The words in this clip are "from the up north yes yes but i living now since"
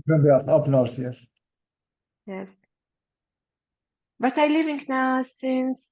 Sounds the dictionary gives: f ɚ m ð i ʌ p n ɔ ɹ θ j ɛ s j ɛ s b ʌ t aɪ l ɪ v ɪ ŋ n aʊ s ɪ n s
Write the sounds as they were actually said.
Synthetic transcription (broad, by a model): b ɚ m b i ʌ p n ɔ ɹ s j ɛ s j ɛ s b ʌ t aɪ l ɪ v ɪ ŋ n aʊ s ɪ n s